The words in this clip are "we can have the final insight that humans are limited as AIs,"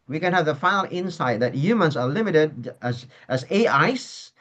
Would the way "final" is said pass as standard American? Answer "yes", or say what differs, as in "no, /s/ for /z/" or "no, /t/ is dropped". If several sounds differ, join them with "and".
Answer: no, /n/ is dropped